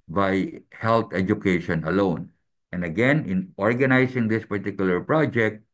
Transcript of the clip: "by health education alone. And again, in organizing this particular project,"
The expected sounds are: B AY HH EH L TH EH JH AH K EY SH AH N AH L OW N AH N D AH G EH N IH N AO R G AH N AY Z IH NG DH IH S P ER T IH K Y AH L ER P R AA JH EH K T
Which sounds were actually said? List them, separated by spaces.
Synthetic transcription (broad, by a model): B AY HH EH L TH EH JH AH K EY SH AH N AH L OW N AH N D AH G EH N IH N AO R G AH N AY S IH NG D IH S P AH T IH K Y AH L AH P R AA JH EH K T